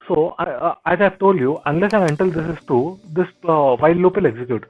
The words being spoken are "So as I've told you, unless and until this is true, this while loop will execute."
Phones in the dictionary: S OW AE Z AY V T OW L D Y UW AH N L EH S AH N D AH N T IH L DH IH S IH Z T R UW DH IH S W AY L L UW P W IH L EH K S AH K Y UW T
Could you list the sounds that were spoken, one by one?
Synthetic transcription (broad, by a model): S OW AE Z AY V T OW L D Y UW AH N L EH S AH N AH N T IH L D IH S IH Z T UW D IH S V AY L L UW P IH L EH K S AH K Y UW T